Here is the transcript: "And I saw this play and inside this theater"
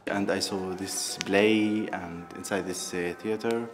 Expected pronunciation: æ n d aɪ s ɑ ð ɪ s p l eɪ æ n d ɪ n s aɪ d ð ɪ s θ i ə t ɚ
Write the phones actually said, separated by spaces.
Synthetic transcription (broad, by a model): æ n d aɪ s ɑ ð ɪ s b l eɪ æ n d ɪ n s aɪ d ð ɪ s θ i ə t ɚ